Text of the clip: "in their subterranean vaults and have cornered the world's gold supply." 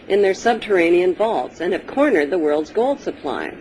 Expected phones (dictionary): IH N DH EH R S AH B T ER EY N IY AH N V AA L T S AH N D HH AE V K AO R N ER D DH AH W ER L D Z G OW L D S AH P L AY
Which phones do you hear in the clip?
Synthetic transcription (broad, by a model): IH N DH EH R S AH B T ER EY N IY AH N V AA L T S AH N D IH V K AO R N ER D DH AH W ER L D Z G OW L D S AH P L AY